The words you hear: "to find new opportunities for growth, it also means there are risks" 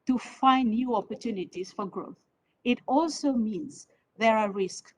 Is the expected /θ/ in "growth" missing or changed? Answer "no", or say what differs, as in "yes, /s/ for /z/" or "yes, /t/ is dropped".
no